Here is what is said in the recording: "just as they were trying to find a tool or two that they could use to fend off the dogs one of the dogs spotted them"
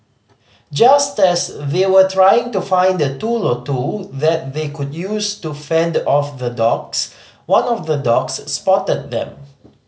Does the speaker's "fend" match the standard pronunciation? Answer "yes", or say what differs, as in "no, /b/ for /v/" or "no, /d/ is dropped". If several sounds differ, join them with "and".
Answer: yes